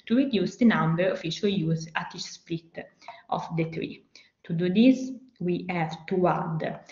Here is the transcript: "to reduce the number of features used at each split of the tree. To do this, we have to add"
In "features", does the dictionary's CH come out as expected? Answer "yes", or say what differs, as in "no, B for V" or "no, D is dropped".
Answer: no, SH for CH